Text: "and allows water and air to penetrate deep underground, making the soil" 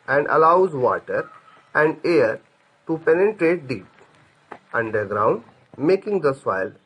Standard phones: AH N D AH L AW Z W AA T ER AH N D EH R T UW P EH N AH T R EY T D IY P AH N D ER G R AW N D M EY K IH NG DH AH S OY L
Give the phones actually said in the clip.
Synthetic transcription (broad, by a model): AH N D AH L AW Z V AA T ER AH N D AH R T UW P EH N AH T R EY T D IY P AH N D ER G R AW N D M EY K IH NG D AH S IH L